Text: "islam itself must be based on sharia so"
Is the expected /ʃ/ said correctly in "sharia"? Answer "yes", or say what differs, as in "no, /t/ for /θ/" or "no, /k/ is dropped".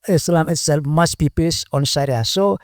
no, /s/ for /ʃ/